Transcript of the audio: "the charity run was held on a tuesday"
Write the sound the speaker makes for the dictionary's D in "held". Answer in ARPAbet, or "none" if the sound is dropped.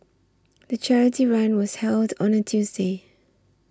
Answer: D